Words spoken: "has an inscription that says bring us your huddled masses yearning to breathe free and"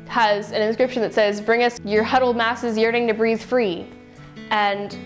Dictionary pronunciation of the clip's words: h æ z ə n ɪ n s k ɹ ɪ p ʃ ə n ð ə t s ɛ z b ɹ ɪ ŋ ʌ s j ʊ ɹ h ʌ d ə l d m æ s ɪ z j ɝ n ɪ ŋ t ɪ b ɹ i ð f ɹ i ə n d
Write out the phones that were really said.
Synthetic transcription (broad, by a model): h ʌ z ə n ɪ n s k ɹ ɪ p ʃ ə n ð ə t s ɛ z b ɹ ɪ ŋ ʌ s j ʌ ɹ h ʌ d l d m æ s ɪ z j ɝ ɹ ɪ ŋ t ɪ b ɹ i ð f ɹ i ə n